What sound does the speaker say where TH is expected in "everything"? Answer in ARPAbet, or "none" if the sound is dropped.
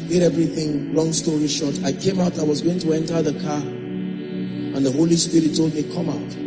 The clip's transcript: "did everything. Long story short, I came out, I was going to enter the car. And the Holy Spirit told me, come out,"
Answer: TH